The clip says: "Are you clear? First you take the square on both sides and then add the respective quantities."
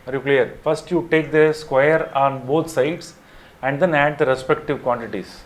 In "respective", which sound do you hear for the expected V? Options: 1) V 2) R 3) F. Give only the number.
1